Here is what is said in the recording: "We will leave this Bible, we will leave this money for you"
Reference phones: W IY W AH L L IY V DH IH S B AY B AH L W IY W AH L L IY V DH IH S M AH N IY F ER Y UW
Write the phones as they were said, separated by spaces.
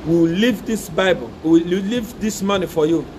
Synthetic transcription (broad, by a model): W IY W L L IY V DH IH S B AY B AH L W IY W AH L L IY V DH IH S M AH N IY F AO Y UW